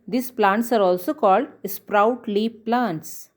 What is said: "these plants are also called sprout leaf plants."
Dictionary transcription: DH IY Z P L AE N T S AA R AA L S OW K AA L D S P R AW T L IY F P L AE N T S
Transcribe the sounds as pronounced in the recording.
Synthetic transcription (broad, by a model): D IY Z P L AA N T S AA R AA L S OW K AA L D S P R AW T L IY P P L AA N T S